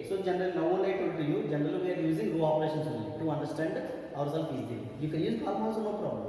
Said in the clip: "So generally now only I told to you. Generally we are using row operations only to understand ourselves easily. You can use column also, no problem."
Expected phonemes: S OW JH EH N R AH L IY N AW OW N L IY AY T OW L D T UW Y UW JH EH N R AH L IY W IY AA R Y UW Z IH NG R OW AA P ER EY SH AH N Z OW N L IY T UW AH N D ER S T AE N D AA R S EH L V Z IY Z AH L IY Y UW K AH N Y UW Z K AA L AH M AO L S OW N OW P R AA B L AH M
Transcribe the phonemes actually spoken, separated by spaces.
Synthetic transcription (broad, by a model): S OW JH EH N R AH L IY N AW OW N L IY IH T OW D T UW Y UW JH EH N R AH L IY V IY AA R Y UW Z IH NG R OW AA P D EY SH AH N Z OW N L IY T UW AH N D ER S T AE N D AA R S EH L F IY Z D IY Y UW K AH N Y UW Z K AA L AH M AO S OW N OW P R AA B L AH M